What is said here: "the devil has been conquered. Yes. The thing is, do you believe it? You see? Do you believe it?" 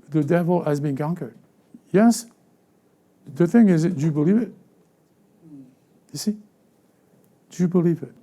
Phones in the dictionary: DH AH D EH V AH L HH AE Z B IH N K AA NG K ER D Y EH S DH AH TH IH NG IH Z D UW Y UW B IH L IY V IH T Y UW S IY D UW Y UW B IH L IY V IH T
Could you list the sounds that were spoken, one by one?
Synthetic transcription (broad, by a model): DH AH D EH V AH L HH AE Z B IH N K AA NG K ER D Y EH S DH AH TH IH NG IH Z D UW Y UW B IH L IY V IH T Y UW S IY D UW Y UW B IH L IY V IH T